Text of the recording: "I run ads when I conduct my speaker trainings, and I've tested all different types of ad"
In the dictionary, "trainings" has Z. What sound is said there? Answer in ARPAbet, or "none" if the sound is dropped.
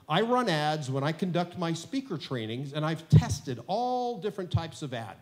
Z